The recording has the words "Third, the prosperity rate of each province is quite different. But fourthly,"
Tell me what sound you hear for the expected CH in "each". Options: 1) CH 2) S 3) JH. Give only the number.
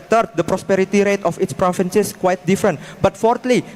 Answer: 2